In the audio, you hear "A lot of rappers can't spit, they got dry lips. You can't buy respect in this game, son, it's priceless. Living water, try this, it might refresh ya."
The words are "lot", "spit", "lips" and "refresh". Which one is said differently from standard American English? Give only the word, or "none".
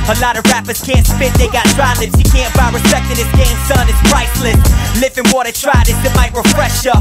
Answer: lips